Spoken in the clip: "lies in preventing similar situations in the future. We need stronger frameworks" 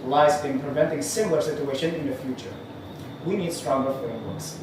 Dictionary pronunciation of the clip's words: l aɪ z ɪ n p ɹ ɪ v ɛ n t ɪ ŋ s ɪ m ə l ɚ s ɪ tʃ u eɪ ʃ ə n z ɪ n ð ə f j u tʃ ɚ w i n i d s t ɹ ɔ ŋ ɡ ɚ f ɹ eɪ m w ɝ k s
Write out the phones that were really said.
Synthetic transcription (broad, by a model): l aɪ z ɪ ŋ p ɹ ɪ v ɛ n t ɪ ŋ s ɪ m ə l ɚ s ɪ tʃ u eɪ ʃ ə n ɪ n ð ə f j u tʃ ɚ w i n i d s t ɹ ɔ ŋ ɡ ɚ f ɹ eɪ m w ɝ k s